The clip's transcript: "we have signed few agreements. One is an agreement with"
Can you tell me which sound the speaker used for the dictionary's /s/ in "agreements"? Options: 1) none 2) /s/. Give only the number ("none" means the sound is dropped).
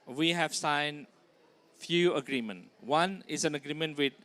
1